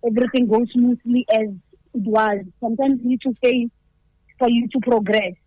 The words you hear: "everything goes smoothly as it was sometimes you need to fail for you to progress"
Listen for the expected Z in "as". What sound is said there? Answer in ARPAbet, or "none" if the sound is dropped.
Z